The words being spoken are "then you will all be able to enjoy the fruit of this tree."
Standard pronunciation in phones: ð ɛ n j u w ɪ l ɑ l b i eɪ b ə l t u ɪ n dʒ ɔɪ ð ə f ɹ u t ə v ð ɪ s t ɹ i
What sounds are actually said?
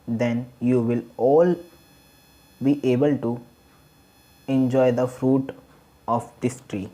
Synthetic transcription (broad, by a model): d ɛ n j u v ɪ l ɑ l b i eɪ b ə l t u ɪ n dʒ ɔɪ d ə f ɹ u t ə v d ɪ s t ɹ i